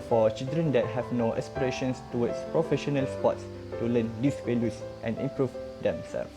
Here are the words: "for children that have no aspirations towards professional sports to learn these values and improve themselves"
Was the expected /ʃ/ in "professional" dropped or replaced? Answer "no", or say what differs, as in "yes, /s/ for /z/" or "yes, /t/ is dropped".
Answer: no